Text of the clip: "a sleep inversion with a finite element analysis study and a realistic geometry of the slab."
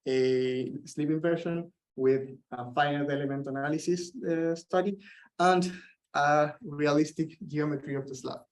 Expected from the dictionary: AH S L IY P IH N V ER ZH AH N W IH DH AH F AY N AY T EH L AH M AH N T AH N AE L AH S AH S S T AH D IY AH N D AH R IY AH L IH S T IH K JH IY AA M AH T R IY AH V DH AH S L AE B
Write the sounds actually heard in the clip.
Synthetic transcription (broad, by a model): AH S L IY P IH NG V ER SH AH N W IH DH AH F AY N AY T EH L AH M AH N T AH N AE L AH S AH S S T AH D IY AH N D AH R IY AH L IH S T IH K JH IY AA M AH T R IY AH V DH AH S L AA